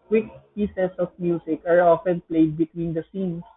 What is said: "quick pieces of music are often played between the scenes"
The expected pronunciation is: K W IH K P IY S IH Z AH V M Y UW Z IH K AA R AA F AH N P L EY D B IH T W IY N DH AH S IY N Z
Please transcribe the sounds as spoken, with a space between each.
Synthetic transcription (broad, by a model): K W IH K P IY S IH S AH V M Y UW S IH K AA R AA F AH N P L EY D B IH T W IY N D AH S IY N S